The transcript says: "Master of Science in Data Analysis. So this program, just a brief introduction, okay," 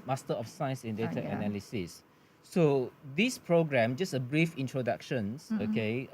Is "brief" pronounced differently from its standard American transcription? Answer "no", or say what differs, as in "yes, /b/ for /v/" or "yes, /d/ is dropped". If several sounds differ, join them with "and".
no